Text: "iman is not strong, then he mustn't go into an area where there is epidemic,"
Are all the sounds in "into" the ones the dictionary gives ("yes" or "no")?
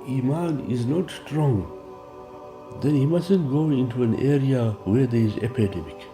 yes